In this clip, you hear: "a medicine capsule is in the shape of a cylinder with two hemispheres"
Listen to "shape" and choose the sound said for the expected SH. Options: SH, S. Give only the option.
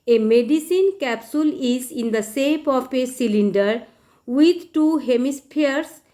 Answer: S